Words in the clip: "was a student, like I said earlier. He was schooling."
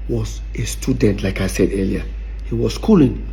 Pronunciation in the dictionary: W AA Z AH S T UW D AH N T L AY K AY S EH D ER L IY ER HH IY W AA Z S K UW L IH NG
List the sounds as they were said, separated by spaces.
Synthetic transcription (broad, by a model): W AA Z AH S T UW D AH N T L AY K AY S EH D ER L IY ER HH IY W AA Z S K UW L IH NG